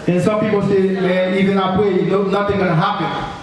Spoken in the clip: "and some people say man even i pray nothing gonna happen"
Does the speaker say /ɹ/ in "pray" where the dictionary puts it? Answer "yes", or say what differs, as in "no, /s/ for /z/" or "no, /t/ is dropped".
no, /w/ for /ɹ/